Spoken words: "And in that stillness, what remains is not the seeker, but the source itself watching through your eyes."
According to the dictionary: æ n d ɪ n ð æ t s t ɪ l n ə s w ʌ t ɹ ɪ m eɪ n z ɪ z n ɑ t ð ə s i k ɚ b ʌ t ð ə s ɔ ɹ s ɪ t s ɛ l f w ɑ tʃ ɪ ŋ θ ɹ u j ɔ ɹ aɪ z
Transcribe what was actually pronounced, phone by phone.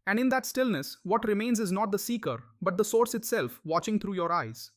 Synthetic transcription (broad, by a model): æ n d ɪ n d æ t s t ɪ l n ə s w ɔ t ɹ ɪ m eɪ n z ɪ z n ɑ t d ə s i k ɚ b ʌ t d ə s ɔ ɹ s ɪ t s ɛ l f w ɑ tʃ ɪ ŋ t ɹ u j ɔ ɹ aɪ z